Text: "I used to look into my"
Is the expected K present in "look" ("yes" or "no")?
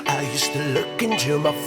yes